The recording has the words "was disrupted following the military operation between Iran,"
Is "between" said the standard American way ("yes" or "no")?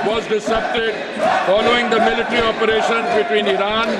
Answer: yes